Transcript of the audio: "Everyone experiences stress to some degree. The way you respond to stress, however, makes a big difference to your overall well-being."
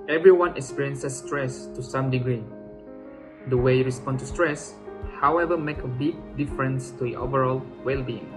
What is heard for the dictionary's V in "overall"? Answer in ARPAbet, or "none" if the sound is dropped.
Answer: V